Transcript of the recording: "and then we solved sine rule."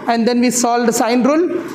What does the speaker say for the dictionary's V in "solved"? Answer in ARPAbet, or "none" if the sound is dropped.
none